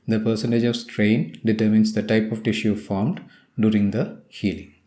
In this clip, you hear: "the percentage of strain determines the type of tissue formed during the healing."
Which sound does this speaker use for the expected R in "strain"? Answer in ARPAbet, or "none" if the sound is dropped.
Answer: R